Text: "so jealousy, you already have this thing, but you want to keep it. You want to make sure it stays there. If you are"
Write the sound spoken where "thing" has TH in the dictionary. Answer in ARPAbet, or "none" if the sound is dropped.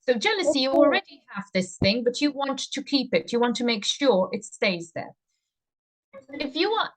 TH